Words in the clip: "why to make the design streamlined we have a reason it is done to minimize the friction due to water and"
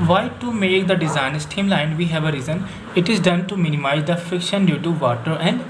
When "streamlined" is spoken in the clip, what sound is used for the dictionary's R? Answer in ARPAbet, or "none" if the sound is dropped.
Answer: none